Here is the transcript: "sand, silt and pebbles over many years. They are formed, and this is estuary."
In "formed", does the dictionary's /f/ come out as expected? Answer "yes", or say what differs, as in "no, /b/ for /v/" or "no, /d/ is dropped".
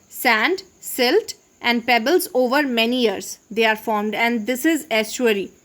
yes